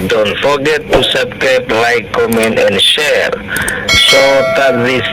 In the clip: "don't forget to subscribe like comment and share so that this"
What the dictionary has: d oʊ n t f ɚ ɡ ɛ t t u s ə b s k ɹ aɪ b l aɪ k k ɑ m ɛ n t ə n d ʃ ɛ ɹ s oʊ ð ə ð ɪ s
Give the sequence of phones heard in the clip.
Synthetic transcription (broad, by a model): d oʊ n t f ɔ ɡ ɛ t t u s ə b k aɪ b l aɪ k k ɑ m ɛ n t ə n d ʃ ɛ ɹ s oʊ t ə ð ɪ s